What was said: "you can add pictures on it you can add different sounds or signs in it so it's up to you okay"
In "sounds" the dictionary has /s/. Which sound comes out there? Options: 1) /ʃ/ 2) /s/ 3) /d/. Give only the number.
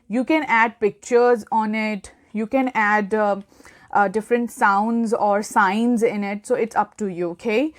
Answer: 2